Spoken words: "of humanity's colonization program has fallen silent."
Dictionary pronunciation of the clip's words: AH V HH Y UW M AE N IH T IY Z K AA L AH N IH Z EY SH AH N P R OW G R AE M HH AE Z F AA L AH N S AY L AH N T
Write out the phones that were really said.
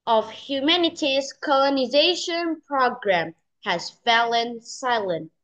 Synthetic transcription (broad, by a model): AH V HH Y UW M AE N IH T IY Z K AA L AH N IH Z EY SH AH N P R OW G R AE M HH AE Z F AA L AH N S AY L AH N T